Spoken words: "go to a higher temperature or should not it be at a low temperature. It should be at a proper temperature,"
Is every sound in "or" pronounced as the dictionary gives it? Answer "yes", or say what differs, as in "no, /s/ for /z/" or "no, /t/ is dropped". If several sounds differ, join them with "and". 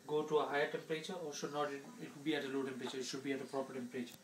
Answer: no, /l/ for /ɹ/